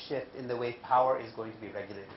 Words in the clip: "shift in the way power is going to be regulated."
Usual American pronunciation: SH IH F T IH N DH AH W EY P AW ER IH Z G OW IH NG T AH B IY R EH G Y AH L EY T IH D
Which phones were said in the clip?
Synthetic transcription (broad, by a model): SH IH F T IH N DH AH W EY P AW ER IH Z G OW IH NG T AH B IY R EH G Y L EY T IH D